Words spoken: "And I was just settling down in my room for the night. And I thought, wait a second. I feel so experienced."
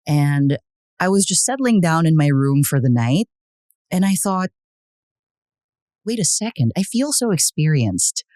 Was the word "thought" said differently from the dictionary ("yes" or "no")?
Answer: no